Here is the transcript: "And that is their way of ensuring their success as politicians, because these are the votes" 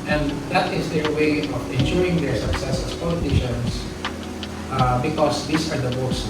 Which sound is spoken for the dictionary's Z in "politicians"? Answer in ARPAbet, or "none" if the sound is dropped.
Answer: S